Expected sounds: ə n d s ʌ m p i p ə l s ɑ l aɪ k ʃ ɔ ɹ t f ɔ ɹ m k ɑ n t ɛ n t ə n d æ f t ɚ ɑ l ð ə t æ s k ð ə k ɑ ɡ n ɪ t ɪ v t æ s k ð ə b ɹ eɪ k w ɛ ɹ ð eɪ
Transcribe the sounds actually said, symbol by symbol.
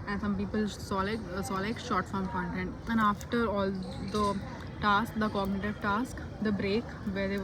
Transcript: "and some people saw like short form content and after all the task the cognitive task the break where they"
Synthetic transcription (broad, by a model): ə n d s ʌ m p i p ə l s ɑ l aɪ k s ɔ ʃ t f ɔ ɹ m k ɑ n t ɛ n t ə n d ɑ f t ɚ ɑ l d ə t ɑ s k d ə k ɑ ɡ n ɪ t ɪ v t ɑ s k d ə b ɹ eɪ k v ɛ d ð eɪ